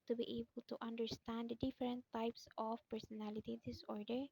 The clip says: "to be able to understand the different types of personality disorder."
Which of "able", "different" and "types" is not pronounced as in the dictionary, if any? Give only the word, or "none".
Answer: different